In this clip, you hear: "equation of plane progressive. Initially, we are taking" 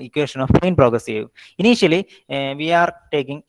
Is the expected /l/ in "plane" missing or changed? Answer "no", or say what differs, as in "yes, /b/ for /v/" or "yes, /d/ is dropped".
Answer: yes, /l/ is dropped